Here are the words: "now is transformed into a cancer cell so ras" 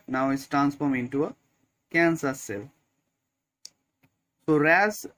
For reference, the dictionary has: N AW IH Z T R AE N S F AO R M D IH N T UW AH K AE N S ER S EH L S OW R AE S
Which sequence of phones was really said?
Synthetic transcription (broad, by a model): N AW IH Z T R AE N S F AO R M IH N T UW AH K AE N S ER S EH L S OW R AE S